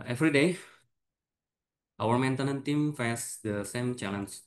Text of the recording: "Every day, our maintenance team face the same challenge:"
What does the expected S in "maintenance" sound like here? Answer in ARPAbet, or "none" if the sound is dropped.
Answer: none